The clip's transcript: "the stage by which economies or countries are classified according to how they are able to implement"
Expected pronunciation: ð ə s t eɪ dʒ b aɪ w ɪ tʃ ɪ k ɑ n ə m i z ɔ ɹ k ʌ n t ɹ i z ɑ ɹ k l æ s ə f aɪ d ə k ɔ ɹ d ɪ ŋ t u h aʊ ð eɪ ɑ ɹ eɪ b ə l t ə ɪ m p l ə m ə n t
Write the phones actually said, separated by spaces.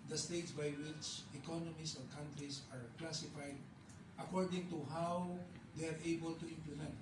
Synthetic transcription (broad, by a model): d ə s t eɪ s b aɪ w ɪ s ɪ k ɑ n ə m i s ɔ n k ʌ n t ɹ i s ɑ ɹ k l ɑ s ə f aɪ d ə k ɔ ɹ d ɪ ŋ t u h aʊ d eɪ ɑ ɹ eɪ b ə l t ə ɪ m p l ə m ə n t